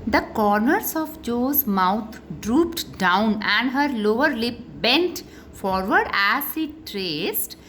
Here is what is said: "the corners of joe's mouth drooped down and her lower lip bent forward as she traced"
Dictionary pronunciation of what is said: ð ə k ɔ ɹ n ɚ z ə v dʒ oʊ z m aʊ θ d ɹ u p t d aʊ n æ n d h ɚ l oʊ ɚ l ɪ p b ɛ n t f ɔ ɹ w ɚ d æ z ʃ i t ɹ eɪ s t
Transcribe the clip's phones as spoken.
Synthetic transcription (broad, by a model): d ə k ɔ ɹ n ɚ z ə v dʒ oʊ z m aʊ t d ɹ u p t d aʊ n æ n d h ɚ l oʊ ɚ l ɪ p b ɛ n t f ɔ ɹ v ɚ d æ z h i t ɹ eɪ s t